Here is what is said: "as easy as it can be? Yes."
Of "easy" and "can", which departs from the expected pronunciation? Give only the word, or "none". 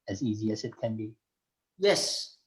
none